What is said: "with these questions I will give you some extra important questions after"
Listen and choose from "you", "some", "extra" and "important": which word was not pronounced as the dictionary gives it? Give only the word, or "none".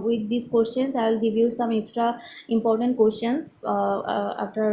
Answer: none